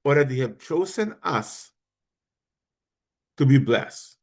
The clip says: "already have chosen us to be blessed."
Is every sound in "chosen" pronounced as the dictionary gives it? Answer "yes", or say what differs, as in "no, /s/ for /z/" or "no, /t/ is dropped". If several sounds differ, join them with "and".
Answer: yes